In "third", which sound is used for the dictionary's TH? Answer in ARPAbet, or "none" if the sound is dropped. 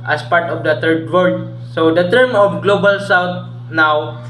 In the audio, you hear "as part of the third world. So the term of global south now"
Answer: T